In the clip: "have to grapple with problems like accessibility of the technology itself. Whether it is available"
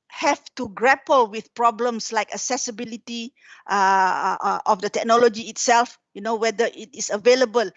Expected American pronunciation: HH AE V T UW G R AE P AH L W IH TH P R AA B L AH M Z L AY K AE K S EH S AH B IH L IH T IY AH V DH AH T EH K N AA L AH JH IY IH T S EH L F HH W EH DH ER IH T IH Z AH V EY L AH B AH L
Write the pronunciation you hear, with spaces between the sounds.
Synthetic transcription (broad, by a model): HH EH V T UW G R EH P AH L W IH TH P R AA B L AH M S L AY K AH S EH S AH B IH L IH T IY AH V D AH T EH K N AA L AH JH IY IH T S EH L F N W EH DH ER IH T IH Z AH V EY L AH B AH L